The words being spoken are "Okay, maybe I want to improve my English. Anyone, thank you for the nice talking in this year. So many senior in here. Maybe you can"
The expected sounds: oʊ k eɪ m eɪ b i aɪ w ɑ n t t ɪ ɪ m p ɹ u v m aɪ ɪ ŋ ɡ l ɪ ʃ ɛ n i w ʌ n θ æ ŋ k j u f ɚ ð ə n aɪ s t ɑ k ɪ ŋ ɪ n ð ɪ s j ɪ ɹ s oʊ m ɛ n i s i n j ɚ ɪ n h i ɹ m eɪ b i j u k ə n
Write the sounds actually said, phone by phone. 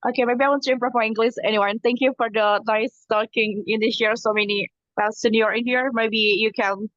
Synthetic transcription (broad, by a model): oʊ k eɪ m eɪ b i aɪ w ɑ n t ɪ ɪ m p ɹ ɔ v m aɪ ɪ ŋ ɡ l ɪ s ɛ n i w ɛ n θ æ ŋ k j u f ɚ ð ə n aɪ s t ɑ k ɪ ŋ ɪ n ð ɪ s j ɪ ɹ s oʊ m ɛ n i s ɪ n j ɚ ɪ n h i ɹ m eɪ b i j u k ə n